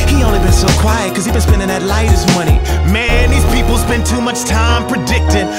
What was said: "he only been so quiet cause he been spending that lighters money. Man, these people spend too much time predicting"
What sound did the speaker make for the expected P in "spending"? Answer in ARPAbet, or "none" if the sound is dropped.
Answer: B